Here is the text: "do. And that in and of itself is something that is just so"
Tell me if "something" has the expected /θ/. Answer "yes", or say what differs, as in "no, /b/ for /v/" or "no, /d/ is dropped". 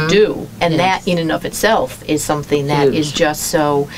yes